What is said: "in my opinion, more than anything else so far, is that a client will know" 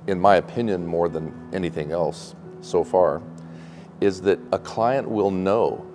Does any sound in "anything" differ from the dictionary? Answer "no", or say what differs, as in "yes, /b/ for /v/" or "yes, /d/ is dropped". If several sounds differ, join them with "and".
no